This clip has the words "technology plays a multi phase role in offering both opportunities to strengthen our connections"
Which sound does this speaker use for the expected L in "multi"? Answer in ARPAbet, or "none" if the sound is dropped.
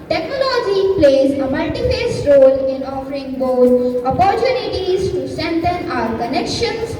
none